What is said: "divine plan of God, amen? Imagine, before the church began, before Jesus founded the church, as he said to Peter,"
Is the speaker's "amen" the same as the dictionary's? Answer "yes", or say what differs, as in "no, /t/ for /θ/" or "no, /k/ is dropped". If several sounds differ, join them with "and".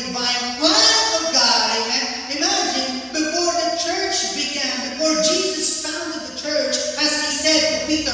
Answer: no, /m/ is dropped